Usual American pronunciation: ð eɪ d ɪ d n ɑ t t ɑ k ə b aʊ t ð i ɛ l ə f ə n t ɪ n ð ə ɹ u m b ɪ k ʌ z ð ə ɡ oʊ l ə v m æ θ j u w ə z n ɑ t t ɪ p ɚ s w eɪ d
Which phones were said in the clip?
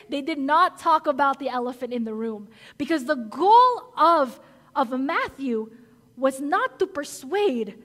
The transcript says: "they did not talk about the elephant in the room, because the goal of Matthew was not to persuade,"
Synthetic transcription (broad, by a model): ð eɪ d ɪ d n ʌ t t ɑ k ə b aʊ t ð i ɛ l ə f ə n t ɪ n ð ə ɹ u m b ɪ k ʌ z ð ə ɡ oʊ l ə v m æ θ j u w ə z n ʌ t t ɪ p ɚ s w eɪ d